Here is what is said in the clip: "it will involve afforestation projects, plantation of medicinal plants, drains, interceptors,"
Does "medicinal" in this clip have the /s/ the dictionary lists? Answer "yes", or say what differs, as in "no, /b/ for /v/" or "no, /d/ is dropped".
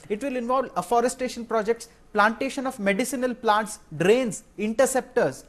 yes